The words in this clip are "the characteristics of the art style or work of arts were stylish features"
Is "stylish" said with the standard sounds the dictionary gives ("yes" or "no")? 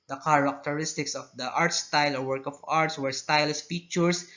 no